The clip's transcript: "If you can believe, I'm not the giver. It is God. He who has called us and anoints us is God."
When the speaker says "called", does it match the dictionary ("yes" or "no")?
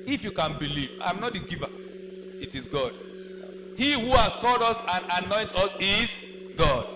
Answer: yes